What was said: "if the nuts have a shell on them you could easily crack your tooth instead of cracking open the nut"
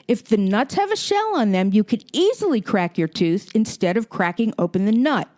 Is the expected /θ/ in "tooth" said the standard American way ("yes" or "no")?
yes